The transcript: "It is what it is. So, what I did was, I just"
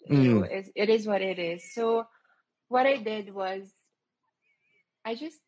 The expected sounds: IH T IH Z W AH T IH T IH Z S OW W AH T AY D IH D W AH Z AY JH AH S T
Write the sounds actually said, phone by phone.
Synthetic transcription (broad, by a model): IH T IH Z W AH T IH T IH Z S OW W AH T AY D IH D W AH Z AY JH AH S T